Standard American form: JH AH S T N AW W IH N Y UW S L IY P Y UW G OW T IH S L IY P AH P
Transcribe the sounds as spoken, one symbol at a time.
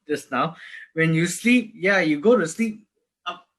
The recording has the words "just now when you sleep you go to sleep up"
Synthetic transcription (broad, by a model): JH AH S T N AW W IH N Y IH S L IY P Y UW G OW T IH S L IY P P